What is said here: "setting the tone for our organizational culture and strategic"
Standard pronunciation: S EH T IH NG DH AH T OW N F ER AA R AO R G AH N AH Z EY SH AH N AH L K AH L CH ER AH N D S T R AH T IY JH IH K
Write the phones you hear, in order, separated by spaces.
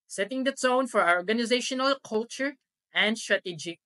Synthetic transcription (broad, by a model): S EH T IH NG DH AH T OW N F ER AA R AO R G AH N AH Z EY SH AH N AH L K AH L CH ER AH N D S T R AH T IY JH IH